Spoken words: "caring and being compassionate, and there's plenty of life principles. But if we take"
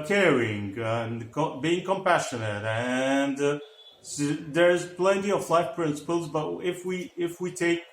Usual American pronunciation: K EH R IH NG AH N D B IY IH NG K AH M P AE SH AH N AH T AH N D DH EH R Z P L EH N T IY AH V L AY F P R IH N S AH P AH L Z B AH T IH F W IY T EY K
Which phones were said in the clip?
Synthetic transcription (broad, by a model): K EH R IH NG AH N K B IY IH NG K AH M P AE SH AH N AH T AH N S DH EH R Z P L EH N T IY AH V L AY F P R IH N S AH P AH L Z B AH T IH F W IY T EY K